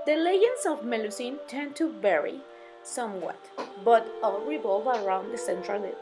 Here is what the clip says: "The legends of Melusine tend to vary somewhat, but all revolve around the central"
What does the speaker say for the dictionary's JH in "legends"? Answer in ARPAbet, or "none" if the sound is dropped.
none